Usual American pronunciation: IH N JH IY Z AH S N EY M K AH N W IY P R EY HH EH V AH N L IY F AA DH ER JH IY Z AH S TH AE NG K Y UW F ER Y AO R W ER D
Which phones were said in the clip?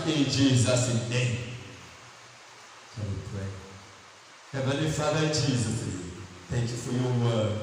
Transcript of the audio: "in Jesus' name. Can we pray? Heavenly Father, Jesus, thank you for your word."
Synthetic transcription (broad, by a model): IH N JH IY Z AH S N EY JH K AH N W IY P R EY HH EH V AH L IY F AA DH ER JH IY Z AH S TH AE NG K Y UW F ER Y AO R W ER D